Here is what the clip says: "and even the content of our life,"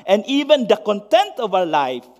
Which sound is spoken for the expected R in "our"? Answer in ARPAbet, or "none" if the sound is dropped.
W